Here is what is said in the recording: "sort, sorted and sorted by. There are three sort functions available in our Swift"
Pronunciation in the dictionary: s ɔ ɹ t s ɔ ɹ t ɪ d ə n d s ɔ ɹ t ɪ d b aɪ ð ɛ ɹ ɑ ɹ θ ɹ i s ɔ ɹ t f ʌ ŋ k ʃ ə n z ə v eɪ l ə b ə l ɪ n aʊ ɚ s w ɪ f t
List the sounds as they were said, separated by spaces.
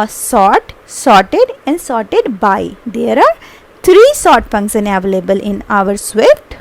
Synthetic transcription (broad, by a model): s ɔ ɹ t s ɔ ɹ t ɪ d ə n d s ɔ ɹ t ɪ d b aɪ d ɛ ɹ ɑ ɹ t ɹ i s ɔ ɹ t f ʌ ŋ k s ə n ə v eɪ l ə b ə l ɪ n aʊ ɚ s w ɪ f t